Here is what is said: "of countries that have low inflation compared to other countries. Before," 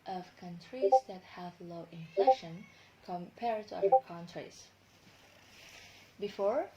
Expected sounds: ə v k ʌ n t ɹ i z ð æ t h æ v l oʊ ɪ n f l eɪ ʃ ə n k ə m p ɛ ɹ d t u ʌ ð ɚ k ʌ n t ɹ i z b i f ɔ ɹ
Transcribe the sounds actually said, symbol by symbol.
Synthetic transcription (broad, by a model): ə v k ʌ n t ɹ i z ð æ t h æ v l oʊ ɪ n f l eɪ ʃ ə n k ə m p ɛ ɹ d t u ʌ ɚ k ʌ n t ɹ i s b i f ɔ ɹ